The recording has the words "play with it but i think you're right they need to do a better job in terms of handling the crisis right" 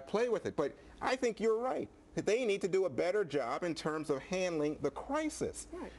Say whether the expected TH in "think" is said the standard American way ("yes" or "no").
yes